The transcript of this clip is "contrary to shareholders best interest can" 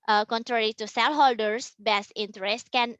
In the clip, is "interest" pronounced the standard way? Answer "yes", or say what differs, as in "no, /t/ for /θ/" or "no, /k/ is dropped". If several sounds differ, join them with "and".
yes